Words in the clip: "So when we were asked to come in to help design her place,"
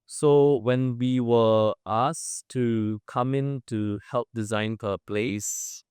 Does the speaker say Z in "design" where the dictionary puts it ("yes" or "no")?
yes